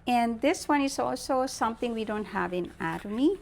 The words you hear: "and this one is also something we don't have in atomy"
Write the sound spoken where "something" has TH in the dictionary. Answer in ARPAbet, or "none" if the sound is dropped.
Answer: T